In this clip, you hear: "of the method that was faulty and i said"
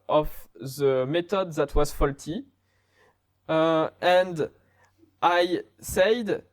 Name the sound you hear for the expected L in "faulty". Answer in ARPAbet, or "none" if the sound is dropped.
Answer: L